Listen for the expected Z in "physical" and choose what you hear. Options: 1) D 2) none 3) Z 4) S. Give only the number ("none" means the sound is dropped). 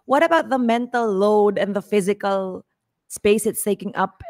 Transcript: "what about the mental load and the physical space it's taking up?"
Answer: 3